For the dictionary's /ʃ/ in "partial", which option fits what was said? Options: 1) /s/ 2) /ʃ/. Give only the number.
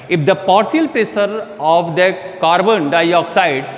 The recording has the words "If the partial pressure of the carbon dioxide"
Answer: 1